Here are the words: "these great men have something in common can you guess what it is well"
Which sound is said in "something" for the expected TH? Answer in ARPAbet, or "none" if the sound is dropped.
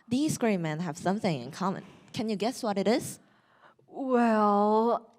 TH